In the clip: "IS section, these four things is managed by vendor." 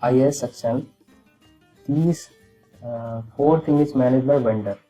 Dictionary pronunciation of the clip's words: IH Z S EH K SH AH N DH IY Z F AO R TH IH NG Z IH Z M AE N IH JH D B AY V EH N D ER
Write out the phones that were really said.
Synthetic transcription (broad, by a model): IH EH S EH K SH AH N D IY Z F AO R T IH NG IH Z M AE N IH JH B AY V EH N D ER